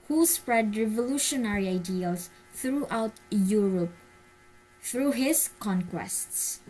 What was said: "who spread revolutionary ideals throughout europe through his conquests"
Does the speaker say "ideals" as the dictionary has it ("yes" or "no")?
no